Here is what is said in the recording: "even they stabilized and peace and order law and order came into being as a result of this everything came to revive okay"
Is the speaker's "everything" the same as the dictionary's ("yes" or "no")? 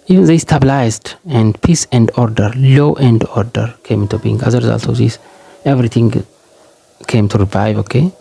no